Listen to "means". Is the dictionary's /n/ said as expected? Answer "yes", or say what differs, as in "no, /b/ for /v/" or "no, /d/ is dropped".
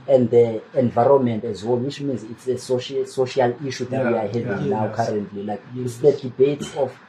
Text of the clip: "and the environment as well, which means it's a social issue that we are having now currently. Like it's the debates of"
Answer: yes